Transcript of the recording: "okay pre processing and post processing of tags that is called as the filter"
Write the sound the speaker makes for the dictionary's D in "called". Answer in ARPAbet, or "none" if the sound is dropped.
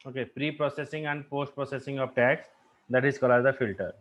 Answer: none